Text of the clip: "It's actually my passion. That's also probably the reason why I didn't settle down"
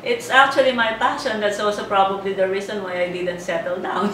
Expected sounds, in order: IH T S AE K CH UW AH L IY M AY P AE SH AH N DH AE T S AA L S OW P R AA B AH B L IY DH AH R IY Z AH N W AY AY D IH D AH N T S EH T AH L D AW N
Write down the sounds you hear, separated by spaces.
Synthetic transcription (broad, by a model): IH T S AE K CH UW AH L IY M AY P AE SH AH N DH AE T S AA L S OW P R AA B AH B L IY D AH R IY S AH N W AY AY D IH D AH N T S EH T AH L D AW N